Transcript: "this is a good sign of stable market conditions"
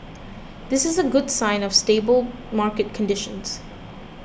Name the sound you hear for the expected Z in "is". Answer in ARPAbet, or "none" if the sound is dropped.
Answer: Z